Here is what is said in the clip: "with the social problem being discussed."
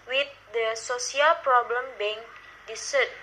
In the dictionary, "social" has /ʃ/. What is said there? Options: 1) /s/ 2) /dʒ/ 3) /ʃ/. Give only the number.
1